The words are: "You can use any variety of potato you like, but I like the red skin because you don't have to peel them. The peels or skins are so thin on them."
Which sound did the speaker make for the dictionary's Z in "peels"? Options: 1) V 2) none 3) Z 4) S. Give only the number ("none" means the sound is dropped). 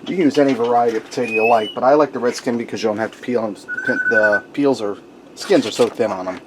3